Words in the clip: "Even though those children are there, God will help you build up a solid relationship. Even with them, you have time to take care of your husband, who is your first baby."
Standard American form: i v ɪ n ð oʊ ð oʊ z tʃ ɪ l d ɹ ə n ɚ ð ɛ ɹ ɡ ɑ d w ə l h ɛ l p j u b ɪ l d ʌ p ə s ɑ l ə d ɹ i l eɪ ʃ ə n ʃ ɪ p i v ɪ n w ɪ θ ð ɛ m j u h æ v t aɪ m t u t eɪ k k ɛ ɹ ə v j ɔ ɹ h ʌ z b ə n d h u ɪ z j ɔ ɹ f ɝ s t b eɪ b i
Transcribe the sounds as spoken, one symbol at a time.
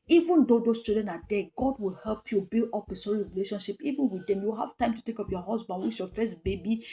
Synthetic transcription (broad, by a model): i v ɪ n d oʊ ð oʊ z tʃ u d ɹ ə n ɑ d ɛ ɡ ɑ d w ə l h ɛ l p j u b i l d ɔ p ə s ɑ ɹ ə ɹ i l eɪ ʃ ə n ʃ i p i v ɪ n w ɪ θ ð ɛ m j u h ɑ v t aɪ m t u t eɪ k k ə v j ɔ h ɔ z b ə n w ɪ s j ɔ f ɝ s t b eɪ b i